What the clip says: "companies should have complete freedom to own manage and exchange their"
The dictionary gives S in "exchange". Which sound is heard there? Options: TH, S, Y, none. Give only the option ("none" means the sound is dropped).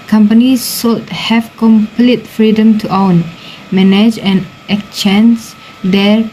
none